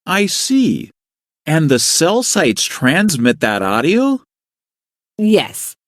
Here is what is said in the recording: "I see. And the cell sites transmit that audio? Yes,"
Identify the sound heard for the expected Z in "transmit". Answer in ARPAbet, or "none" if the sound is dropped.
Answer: Z